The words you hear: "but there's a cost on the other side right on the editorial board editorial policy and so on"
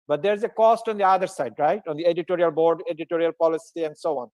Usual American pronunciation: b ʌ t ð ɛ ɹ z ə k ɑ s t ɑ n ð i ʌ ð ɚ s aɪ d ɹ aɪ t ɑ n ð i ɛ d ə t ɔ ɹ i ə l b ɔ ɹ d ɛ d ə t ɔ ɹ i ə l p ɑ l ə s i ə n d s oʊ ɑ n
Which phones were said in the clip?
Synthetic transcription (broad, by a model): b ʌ t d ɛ ɹ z ə k ɑ s t ɑ n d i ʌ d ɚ s aɪ d ɹ aɪ t ɑ n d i ɛ d ə t ɔ ɹ i ə l b ɔ ɹ d ɛ d ə t ɔ ɹ i ə l p ɑ l ə s i ə n d s oʊ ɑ n